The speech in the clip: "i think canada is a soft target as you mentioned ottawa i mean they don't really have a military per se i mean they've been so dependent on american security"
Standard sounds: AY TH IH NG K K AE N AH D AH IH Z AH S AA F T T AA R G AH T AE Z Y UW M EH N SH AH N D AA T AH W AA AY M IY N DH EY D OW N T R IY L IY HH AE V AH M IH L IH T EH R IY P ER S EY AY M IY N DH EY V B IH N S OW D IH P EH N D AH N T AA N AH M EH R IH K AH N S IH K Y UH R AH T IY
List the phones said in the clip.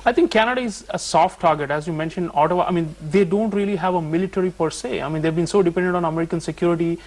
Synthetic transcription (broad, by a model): AY T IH NG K K AE N AH D AH IH Z AH S AA F T T AA R G AH T AE Z Y UW M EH N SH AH N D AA T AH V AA AY M IY N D EY D OW N T R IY L IY HH AE V AH M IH L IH T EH R IY P ER S EY AY M IY N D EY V B IH N S OW D IH P EH N D AH N T AA N AH M EH R IH K AH N S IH K Y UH R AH T IY